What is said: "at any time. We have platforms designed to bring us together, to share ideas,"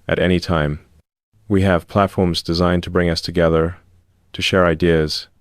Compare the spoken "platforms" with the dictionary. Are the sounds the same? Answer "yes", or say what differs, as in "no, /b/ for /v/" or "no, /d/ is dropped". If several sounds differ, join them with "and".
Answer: yes